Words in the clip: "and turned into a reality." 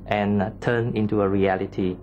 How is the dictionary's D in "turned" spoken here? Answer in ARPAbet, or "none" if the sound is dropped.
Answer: none